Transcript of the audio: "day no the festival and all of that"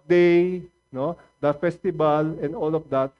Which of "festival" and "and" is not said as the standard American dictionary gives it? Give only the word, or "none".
festival